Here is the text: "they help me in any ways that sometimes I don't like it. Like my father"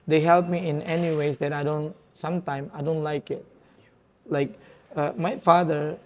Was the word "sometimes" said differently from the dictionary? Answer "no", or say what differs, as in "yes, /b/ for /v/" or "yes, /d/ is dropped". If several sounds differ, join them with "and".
yes, /z/ is dropped